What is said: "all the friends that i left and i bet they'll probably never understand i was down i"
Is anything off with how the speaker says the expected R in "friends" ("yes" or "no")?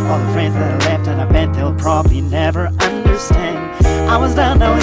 no